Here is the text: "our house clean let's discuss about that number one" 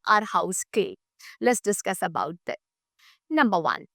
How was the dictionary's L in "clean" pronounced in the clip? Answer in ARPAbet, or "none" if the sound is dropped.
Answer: none